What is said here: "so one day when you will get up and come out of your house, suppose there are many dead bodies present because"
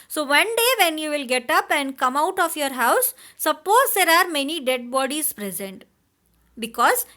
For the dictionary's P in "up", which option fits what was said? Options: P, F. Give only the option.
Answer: P